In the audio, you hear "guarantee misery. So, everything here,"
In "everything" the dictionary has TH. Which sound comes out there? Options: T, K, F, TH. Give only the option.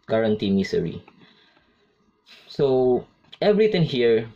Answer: T